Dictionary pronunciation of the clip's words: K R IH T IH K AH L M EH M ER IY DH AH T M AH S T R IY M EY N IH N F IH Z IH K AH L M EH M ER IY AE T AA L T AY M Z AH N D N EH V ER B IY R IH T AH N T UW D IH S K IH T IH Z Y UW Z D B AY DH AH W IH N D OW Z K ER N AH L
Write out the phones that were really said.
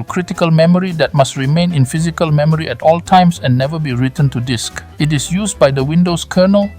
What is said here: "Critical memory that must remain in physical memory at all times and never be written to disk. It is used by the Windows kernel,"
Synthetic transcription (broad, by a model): K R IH T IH K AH L M EH M ER IY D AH T M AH S T R IY M EY N IH N F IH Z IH K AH L M EH M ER IY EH T AA L T AY M S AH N N EH V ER B IY R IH T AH N T UW D IH S K IH T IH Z Y UW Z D B AY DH AH W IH N D OW S K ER N AH L